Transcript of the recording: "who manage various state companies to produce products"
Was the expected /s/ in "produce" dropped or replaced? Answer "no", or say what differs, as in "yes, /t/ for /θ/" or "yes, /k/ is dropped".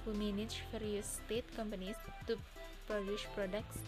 yes, /ʃ/ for /s/